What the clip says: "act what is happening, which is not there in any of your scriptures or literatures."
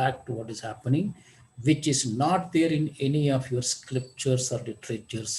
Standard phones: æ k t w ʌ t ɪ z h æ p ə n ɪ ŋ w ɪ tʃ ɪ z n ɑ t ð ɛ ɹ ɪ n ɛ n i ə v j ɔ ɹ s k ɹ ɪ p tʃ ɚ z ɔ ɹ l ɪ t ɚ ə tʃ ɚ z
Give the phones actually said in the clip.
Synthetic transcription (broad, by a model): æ k t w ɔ t ɪ z h æ p ə n ɪ ŋ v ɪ tʃ ɪ z n ɑ t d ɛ ɹ ɪ n ɛ n i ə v j ɔ ɹ s k l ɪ p tʃ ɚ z ɔ ɹ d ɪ t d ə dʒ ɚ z